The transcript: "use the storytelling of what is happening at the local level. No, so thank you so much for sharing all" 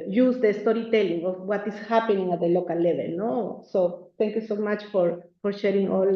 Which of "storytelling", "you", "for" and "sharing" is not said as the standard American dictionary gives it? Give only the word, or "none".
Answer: none